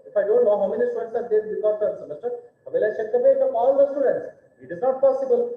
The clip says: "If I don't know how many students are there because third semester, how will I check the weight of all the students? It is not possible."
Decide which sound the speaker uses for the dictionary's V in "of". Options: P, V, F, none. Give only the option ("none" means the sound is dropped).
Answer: P